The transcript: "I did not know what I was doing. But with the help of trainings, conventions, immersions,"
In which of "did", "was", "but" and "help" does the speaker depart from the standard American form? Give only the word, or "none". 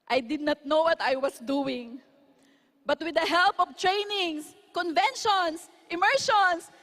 was